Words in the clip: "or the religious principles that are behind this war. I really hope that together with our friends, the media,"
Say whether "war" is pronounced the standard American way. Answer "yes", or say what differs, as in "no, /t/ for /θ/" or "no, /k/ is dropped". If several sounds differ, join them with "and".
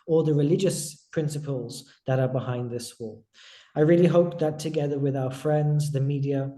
no, /l/ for /ɹ/